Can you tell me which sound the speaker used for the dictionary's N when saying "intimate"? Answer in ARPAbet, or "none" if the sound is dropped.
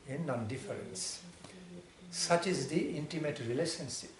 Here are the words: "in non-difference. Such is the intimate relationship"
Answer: N